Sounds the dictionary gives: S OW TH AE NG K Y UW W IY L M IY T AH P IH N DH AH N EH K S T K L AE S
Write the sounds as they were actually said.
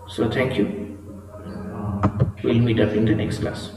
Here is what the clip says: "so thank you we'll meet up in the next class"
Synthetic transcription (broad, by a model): S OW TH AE NG K Y UW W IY N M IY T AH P IH N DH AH N EH K S T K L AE S